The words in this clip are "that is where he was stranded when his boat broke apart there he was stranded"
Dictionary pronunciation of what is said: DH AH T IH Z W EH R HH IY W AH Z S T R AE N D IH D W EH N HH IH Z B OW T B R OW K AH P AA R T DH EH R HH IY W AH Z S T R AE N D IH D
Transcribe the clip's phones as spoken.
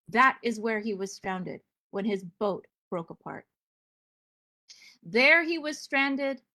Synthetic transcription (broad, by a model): DH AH T IH Z W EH R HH IY W AH Z S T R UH N D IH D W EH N IH Z B OW T B R OW K AH P AA R T DH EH R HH IY W AH Z S T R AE N D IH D